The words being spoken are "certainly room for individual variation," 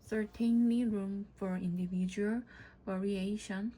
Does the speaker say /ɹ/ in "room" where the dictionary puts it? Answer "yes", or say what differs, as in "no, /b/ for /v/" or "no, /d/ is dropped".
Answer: yes